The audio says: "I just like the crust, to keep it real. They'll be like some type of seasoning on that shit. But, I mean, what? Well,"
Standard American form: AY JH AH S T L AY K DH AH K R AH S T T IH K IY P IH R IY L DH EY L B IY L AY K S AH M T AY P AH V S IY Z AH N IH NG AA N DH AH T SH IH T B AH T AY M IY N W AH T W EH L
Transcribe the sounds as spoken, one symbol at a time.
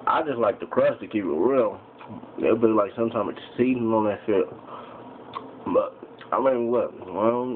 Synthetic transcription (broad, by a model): AY JH AH S T L AY K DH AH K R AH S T T IH K IY P IH R IY L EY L B IY L AY K S AH M T AY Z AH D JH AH S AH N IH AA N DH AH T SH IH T B AH T AY M IY N W AH T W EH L